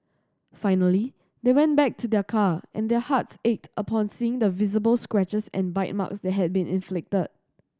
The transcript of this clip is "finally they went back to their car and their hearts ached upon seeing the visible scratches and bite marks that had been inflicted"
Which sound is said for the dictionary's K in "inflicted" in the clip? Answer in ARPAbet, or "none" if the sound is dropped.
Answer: K